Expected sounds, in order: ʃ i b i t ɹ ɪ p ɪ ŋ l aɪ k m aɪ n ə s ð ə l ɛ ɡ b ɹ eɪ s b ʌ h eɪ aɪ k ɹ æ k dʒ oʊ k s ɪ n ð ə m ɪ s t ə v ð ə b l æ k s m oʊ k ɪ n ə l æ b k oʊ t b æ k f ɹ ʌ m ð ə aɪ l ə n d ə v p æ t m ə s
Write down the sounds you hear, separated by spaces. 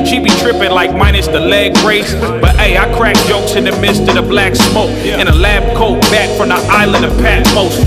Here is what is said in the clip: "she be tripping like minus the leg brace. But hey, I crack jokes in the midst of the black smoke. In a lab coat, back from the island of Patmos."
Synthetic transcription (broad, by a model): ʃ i b i t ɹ ɪ p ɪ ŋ l aɪ k m aɪ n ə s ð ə l ɛ ɡ ɹ eɪ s b ʌ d eɪ aɪ k ɹ æ k dʒ oʊ k s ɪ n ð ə m ɪ s t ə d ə b l æ k s m oʊ k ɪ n ə l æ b k oʊ t b æ k f ɹ ʌ m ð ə aɪ l ə n d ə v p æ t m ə s